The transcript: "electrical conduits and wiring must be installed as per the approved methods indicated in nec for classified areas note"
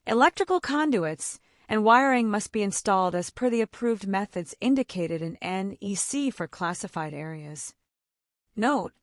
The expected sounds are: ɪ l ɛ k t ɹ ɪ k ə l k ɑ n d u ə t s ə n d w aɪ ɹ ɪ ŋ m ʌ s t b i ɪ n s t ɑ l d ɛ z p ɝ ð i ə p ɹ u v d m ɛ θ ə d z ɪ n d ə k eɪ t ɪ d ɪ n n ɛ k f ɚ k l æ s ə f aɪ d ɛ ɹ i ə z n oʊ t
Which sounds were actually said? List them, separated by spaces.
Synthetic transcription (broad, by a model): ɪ l ɛ k t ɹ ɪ k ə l k ɑ n d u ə t s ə n w aɪ ɹ ɪ ŋ m ʌ s t b i ɪ n s t ɑ l d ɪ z p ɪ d i ə p ɹ u v d m ɛ θ ə d z ɪ n d ə k eɪ t ɪ d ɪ n n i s f ɚ k l æ s ə f aɪ d ɛ ɹ i ə z n oʊ t